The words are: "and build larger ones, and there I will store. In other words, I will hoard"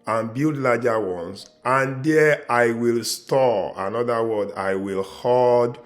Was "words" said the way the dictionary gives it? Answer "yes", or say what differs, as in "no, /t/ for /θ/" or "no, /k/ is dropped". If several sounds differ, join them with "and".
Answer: no, /z/ is dropped